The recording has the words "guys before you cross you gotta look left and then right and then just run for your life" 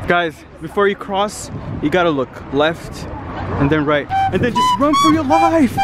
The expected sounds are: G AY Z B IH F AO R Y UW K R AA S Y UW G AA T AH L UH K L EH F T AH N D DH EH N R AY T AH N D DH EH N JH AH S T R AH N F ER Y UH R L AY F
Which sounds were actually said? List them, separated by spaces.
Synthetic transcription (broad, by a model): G AY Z B IH F AO R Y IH K R AA S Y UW G AA T AH L UH K L EH F T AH N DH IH N R AY T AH N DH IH N JH AH S T R AH N F ER Y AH R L AY F